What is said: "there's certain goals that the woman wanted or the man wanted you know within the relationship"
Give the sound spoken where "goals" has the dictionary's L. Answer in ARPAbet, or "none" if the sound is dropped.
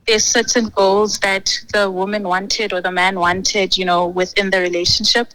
L